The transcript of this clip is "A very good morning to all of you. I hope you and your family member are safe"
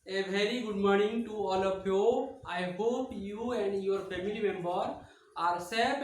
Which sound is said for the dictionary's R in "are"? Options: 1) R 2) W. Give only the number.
1